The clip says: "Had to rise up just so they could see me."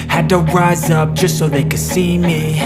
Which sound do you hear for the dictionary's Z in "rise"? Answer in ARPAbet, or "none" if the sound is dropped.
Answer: Z